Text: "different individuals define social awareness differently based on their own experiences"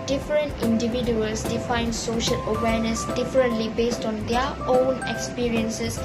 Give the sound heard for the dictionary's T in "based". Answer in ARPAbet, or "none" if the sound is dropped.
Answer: T